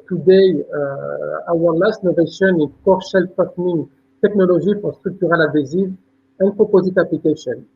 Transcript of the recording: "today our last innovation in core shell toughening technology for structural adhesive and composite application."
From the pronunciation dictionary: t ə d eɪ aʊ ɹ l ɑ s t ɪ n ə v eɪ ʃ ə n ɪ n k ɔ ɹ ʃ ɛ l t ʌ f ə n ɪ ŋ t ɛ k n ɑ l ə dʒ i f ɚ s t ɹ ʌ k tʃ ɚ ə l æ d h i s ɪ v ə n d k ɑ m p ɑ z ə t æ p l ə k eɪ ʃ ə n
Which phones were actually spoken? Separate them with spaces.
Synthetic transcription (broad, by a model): t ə d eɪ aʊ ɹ l ɑ s t n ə v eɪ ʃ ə n ɪ n k ɔ ɹ ʃ ɛ l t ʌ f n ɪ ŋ t ɛ k n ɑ l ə ʒ i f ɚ s t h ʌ k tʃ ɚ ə l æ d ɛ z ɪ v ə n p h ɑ p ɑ z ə t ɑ p l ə k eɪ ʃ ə n